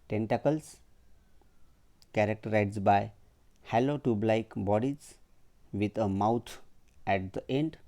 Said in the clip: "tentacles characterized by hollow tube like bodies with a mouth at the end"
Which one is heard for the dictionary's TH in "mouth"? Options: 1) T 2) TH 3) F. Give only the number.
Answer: 1